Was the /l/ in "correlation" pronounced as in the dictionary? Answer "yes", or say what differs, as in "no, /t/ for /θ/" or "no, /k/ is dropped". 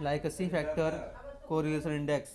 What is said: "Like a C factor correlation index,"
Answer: no, /l/ is dropped